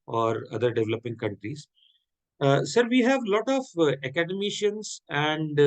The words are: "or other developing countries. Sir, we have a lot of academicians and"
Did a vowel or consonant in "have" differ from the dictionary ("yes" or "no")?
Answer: no